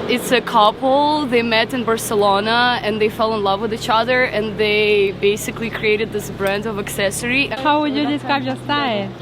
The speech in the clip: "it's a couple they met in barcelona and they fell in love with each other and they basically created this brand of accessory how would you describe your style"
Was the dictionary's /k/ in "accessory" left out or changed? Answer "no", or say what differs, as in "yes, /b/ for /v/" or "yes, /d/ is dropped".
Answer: no